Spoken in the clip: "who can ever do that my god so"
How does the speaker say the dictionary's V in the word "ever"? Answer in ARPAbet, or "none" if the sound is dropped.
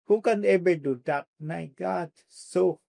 B